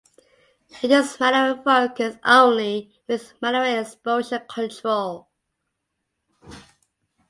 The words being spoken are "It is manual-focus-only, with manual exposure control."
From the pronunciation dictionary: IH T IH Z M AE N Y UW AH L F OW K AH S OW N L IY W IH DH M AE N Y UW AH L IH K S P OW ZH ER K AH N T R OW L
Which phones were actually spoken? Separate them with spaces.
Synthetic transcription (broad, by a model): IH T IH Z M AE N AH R F OW K AH S OW N L IY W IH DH M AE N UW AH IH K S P OW SH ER K AH N T R OW L